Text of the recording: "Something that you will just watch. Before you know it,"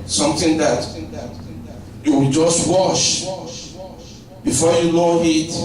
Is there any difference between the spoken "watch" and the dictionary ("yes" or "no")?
yes